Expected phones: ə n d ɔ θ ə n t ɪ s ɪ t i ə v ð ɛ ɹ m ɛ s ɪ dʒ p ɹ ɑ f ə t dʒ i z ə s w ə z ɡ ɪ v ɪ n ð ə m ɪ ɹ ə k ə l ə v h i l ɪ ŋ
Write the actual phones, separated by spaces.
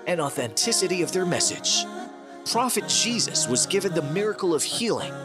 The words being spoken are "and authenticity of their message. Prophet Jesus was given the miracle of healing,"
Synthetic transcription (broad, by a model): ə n ɔ θ ə n t ɪ s ɪ t i ə v ð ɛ ɹ m ɛ s ɪ dʒ p ɹ ɑ f ə t dʒ i z ə s w ə z ɡ ɪ v ɪ n ð ə m ɪ ɹ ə k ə l ə v h i l ɪ ŋ